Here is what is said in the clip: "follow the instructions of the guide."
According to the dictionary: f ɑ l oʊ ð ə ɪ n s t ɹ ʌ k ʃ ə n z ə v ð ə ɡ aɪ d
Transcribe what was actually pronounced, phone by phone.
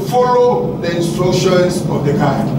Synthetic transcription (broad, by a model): f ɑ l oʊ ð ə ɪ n s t ɹ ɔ ʃ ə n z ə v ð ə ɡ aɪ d